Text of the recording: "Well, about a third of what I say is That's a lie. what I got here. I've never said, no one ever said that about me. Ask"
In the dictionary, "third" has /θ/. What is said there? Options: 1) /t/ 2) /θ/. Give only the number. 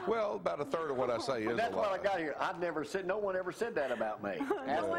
2